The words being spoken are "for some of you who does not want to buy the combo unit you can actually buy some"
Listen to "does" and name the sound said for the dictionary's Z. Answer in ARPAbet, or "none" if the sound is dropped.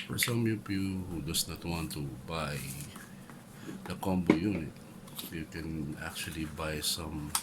S